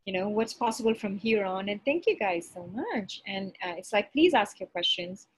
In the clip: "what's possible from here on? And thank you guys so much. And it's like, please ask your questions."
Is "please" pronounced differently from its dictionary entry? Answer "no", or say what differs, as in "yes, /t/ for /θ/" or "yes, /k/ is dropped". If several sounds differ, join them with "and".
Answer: no